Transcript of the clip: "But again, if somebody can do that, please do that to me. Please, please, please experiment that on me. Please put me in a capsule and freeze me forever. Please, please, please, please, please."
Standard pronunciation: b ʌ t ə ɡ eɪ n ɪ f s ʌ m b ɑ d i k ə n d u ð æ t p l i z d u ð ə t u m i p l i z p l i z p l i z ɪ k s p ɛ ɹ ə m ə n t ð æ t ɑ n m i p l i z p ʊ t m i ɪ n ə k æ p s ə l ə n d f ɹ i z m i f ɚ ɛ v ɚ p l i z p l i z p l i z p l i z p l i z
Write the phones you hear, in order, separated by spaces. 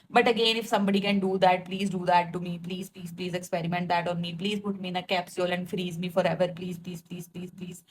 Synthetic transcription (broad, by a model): b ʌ t ə ɡ eɪ n ɪ f s ʌ m b ɑ d i k ə n d u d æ t p l i z d u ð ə t u m i p l i z p l i z p l i z ɪ k s p ɛ ɹ ə m ə n t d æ t ɑ n m i p l i z p ʊ t m i ɪ n ə k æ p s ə l ə n d f ɹ i z m i f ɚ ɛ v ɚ p l i z p l i z p l i z p l i z p l i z